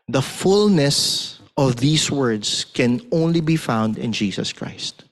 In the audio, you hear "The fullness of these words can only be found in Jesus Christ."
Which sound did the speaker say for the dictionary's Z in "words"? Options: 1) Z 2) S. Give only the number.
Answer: 2